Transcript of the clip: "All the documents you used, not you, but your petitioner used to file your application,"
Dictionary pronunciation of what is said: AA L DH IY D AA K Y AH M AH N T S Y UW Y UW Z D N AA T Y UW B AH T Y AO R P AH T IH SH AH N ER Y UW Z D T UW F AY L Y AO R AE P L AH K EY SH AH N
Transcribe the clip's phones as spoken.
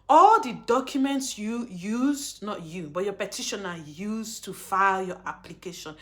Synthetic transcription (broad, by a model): AA L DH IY D AA K Y AH M AH N T S Y UW Y UW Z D N AA T Y UW B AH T Y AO P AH T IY SH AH N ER Y UW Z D T UW F AY L Y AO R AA P L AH K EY SH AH N